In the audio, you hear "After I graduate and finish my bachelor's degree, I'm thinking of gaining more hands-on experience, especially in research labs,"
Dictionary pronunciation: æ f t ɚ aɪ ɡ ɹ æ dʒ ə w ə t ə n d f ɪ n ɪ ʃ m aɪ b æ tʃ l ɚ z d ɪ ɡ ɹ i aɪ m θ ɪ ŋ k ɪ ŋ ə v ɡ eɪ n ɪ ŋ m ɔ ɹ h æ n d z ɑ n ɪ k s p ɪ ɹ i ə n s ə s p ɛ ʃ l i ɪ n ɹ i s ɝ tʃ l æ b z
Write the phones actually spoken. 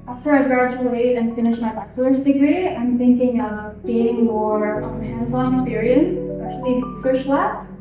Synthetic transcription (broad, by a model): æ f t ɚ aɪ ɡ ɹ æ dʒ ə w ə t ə n f ɪ n ɪ ʃ m aɪ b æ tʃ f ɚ s d ɪ ɡ ɹ i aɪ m θ ɪ ŋ k ɪ ŋ ə v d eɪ ɪ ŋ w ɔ ɹ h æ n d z ɑ n ɪ k s p ɪ ɹ i ə n s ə s p ɛ ʃ l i i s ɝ ʃ l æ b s